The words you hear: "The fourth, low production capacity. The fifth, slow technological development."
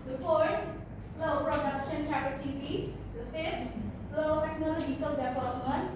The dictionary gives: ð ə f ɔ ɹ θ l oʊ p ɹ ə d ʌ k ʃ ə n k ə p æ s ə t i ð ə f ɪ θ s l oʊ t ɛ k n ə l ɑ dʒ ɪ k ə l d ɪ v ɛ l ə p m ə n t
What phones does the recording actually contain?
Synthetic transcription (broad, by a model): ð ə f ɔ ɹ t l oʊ p ɹ ə d ʌ k ʃ ə n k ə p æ s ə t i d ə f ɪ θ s oʊ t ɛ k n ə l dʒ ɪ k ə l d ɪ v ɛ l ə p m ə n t